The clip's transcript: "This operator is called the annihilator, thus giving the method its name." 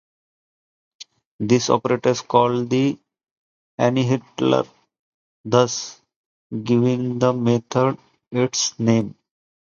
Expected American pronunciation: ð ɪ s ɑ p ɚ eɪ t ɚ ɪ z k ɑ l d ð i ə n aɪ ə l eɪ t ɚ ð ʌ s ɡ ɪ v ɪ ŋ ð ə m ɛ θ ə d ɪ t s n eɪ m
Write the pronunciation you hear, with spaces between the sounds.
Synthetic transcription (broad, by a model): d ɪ s ɑ p ɚ eɪ t ɚ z k ɑ l d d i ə n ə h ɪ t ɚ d ʌ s ɡ ɪ v ɪ ŋ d ə m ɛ t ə d ɪ t s n eɪ m